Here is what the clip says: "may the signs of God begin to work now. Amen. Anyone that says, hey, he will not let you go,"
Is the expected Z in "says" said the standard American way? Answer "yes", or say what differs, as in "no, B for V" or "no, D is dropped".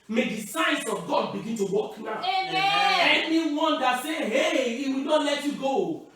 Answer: no, Z is dropped